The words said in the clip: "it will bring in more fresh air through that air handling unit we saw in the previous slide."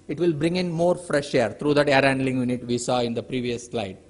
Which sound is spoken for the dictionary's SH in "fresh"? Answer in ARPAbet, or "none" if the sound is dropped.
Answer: SH